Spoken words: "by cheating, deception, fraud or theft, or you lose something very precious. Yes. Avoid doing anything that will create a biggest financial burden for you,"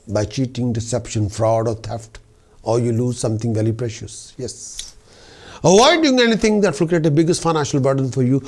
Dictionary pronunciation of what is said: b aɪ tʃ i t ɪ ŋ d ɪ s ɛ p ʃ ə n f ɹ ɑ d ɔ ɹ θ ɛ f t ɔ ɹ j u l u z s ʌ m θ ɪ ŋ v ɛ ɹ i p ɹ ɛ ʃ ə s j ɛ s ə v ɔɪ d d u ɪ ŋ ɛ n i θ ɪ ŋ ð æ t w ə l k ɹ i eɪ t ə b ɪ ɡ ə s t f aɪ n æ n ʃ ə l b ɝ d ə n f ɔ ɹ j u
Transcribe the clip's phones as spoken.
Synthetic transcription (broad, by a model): b aɪ tʃ i t ɪ ŋ d ɪ s ɛ p ʃ ə n f ɹ ɑ d ɔ ɹ t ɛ f t ɔ ɹ j u l u z s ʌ m t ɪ ŋ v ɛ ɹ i p ɹ ɛ ʃ ə s j ɛ s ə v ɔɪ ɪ d u ɪ ŋ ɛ n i t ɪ ŋ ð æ t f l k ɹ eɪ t ə b ɪ ɡ ə s t f aɪ n æ n ʃ ə l b ɝ d ə n f ɔ ɹ j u